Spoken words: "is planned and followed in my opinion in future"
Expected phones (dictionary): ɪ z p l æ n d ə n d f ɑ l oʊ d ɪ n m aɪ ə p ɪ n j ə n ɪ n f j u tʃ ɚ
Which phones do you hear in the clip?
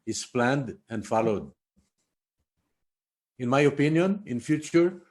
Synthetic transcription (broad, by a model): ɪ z p l æ n d ə n d f ɑ l oʊ d ɪ n m aɪ ə p ɪ n j ə n ɪ n f j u tʃ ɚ